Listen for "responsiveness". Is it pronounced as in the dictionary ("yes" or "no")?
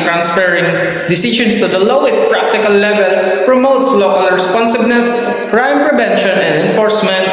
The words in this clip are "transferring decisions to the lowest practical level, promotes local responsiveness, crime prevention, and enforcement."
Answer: no